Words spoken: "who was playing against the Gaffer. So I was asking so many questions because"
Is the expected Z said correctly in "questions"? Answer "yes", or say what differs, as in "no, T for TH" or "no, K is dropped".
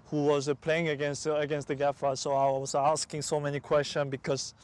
no, Z is dropped